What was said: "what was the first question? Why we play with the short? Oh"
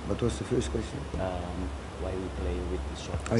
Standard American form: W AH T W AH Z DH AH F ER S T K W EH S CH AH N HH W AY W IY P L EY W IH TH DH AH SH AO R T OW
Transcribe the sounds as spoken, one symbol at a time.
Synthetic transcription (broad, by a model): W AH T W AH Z DH AH F ER S T K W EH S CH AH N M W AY W IY P L EY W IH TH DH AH S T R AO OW